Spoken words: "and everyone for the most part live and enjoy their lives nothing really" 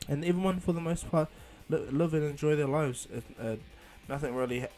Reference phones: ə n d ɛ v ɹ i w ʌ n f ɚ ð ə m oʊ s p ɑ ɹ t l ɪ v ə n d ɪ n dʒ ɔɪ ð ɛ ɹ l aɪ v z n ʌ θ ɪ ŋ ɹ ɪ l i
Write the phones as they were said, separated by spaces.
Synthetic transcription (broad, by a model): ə n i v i w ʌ n f ɚ ð ə m oʊ s p ɑ ɹ t l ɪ v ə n ɪ n dʒ ɔɪ ð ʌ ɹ l aɪ v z n ʌ θ ɪ ŋ ɹ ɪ l i